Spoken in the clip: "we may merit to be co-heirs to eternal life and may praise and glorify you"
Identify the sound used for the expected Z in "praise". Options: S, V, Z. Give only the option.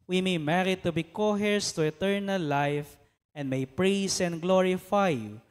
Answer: S